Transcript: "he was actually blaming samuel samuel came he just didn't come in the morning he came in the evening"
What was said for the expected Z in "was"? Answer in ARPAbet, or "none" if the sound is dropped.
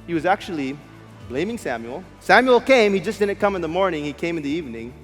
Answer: Z